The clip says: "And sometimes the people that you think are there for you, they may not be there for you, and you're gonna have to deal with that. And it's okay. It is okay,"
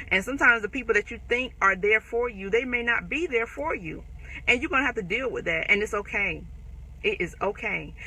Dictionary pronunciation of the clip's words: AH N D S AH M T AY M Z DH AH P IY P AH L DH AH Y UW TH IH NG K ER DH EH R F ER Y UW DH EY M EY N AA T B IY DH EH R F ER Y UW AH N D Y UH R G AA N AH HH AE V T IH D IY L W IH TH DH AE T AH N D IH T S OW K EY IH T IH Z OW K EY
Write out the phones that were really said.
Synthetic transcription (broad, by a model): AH N S AH M T AY M Z DH AH P IY P L DH AH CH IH TH IH NG K ER DH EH R F ER Y UW DH EY M EY N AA T B IY DH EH R F ER Y UW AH N Y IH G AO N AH HH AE F T IH D IY L W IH DH AE T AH N IH T S OW K EY IH T IH Z OW K EY